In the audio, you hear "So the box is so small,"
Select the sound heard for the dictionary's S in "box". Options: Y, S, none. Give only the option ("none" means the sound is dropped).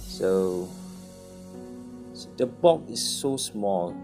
none